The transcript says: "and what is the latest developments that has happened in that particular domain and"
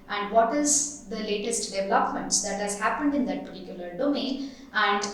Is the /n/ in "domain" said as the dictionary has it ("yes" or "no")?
no